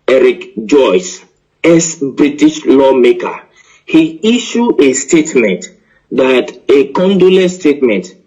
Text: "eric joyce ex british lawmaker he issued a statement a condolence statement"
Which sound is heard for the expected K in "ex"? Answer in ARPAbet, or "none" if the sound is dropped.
none